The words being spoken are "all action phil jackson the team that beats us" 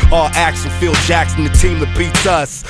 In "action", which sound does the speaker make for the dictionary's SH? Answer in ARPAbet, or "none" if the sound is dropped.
S